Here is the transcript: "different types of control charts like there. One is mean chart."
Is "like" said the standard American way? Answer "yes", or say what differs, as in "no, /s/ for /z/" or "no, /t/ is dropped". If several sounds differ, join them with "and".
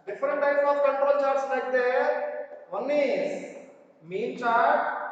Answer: no, /n/ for /l/